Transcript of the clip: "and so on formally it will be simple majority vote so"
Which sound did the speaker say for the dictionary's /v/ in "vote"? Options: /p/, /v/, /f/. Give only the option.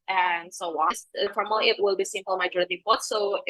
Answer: /p/